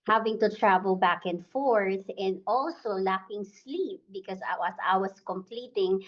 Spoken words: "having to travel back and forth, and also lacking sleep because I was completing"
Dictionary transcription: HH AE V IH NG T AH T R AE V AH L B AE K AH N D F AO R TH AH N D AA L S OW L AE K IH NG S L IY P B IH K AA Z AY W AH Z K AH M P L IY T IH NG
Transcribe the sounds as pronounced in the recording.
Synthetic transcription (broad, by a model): HH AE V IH NG T AH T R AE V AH L B AE K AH N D F AO R TH AH N D AA L S OW L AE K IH NG S L IY P B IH K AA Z AY W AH S K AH M P L IY T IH NG